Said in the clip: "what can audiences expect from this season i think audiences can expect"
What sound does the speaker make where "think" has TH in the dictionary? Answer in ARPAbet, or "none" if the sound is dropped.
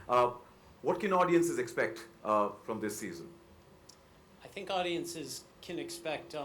TH